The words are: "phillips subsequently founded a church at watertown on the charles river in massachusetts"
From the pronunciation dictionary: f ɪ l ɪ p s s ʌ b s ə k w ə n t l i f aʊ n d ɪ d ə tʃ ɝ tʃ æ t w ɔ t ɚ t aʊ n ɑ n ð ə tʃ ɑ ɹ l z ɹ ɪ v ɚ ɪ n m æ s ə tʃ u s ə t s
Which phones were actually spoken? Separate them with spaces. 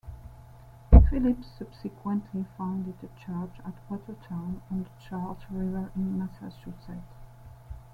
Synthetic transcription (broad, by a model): f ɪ l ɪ p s s ʌ b s ə k w ə n t l i f aʊ n d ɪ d ə tʃ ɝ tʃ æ t w ɔ t ɚ t aʊ n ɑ n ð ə tʃ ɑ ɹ l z ɹ ɪ v ɚ ɪ n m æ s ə ʃ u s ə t